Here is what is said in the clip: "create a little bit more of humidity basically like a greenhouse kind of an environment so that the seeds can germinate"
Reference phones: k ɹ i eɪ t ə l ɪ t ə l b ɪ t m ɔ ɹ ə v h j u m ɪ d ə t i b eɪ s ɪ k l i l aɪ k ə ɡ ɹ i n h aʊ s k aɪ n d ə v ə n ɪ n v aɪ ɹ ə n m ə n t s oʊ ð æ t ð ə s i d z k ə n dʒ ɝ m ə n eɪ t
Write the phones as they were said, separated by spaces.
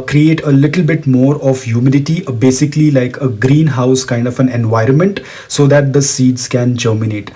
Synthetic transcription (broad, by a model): k ɹ i eɪ t ə l ɪ t ə l b ɪ t m ɔ ɹ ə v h j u m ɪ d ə t i b eɪ s ɪ k l i l aɪ k ə ɡ ɹ i n h aʊ s k aɪ n d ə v ə n ɪ n v aɪ ɹ ə n m ə n t s oʊ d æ t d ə s i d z k ə n dʒ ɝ m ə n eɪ t